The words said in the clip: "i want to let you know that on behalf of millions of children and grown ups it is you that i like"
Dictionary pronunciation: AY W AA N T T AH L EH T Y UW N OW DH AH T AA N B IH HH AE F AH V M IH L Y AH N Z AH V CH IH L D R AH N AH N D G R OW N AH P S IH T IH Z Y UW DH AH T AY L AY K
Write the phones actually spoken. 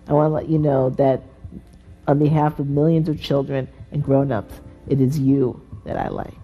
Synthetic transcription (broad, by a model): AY W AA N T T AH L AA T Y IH N OW DH AH T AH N B IH HH AE F AH V M IH L Y AH N Z AH V CH IH L D R AH N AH N G R OW N AH P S IH T IH Z Y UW DH AH T AY L AY K